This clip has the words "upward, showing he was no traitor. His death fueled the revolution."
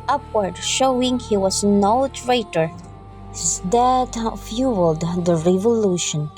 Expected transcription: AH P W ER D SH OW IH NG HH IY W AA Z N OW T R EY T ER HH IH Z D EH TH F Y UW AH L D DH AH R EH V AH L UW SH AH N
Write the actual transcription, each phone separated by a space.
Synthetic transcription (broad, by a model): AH P W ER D SH OW IH NG HH IY W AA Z N OW T R EY T ER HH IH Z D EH T F Y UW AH L D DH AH R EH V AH L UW SH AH N